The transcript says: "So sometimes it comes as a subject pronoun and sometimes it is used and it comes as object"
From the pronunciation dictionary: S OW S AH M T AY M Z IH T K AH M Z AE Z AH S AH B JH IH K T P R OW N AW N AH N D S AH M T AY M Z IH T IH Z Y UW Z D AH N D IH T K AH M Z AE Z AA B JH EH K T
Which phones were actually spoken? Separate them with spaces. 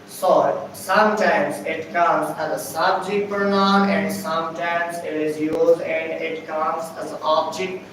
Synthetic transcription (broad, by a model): S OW S AH M T AY M Z IH T K AH M Z AE Z AH S AH B JH IH K T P R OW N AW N AH N D S AH M T AY M Z IH T IH Z Y UW Z D AH N D IH T K AH M Z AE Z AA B JH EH K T